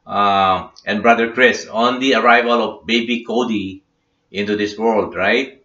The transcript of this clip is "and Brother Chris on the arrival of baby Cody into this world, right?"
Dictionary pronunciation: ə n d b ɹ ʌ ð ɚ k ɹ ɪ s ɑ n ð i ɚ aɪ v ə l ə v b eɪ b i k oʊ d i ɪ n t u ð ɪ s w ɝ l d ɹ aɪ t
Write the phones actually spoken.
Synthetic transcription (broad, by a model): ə n b ɹ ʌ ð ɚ k ɹ ɪ s ɑ n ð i ɚ aɪ v ə l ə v b eɪ b i k oʊ d i ɪ n t u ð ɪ s w ɝ l d ɹ aɪ t